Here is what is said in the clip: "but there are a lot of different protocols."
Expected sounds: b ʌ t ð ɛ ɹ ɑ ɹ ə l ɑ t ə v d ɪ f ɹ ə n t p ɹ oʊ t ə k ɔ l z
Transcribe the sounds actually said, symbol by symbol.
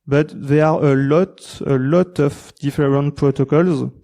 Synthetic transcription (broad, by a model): b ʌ t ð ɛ l ɑ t ə l ɑ t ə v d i f ɹ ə n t p ɹ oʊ t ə k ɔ l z